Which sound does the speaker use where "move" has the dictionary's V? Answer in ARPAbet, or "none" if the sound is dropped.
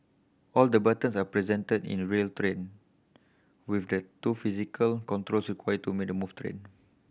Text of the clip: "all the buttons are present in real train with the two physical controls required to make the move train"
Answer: F